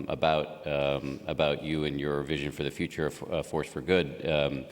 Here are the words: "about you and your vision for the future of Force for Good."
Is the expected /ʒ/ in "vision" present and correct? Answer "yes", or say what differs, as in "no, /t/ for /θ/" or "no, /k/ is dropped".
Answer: yes